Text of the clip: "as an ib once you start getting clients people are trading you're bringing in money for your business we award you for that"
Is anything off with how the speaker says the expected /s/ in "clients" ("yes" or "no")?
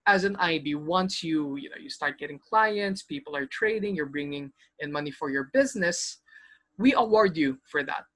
no